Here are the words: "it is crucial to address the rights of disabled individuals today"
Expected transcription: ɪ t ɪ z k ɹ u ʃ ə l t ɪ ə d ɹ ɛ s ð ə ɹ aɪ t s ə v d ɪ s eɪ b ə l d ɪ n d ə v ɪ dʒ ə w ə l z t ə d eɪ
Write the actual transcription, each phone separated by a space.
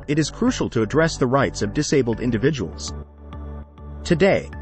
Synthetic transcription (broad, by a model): ɪ t ɪ z k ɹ u ʃ l t ɪ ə d ɹ ɛ s ð ə ɹ aɪ t s ə v d ɪ s eɪ b l d ɪ n d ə v ɪ dʒ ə w l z t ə d eɪ